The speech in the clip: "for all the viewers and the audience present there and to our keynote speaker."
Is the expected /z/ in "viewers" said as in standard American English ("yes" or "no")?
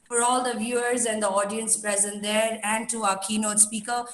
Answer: yes